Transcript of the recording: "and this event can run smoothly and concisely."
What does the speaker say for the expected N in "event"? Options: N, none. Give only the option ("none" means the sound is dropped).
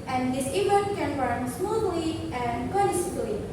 none